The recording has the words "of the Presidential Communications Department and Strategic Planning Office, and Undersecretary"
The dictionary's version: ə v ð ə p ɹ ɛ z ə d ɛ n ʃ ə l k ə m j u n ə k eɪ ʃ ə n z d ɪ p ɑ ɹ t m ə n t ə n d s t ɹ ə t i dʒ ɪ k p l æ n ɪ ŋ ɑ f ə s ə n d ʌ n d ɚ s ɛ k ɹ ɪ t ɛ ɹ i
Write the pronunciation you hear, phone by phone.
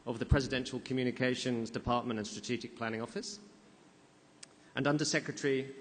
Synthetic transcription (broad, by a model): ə v ð ə p ɹ ɛ z ə d ɛ n ʃ ə l k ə m j u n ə k eɪ ʃ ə n z d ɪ p ɑ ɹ t m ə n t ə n s t ɹ ə t i dʒ ɪ k p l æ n ɪ ŋ ɑ f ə s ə n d ʌ n d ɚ s ɛ k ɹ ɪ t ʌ ɹ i